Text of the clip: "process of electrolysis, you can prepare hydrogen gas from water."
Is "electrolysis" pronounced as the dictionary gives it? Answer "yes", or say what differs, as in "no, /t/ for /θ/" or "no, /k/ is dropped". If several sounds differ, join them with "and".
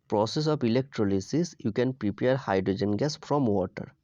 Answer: yes